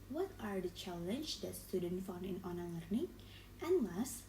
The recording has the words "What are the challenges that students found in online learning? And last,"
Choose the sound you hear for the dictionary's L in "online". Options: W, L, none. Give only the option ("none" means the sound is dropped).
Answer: none